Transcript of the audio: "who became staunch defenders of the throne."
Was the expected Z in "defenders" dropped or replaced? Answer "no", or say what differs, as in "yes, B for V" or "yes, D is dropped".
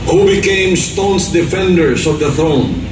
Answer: yes, S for Z